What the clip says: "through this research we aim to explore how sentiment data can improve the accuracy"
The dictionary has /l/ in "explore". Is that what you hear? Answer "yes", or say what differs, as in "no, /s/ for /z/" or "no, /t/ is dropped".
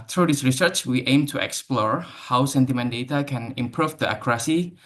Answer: yes